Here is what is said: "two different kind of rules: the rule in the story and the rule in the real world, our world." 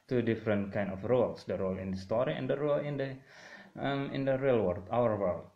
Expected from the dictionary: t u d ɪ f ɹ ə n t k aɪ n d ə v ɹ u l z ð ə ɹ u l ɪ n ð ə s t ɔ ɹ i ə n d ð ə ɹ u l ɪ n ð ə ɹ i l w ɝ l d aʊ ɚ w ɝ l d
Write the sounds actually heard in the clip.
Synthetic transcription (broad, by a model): t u d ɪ f ɹ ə n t k aɪ n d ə f ɹ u l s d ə ɹ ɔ l ɪ n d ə s t ɔ ɹ i ə n d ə ɹ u l ɪ n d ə ɹ i l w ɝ d aʊ ɚ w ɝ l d